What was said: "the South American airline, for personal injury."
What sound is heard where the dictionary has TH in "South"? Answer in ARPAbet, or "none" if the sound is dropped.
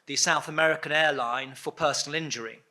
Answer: TH